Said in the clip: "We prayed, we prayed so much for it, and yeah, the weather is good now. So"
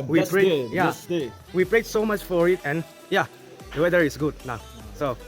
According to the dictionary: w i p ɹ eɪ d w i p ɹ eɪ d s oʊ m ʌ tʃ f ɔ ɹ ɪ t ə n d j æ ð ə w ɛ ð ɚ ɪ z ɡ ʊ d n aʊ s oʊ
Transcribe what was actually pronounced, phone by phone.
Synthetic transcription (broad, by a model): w i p ɹ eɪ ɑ w i p ɹ eɪ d s oʊ m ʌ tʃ f ɔ ɹ ɪ t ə n j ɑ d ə w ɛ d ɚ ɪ s ɡ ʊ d n aʊ s oʊ